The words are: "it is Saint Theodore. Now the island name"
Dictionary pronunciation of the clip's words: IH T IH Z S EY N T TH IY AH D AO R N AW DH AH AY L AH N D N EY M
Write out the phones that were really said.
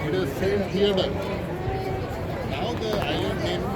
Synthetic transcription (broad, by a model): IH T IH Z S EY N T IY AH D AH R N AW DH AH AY AH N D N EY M